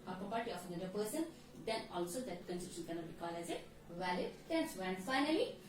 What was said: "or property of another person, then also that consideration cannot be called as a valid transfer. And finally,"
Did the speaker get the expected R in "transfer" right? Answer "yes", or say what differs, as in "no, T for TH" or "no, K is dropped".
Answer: no, R is dropped